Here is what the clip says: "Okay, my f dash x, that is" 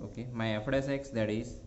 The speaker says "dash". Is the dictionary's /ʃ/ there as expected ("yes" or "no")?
no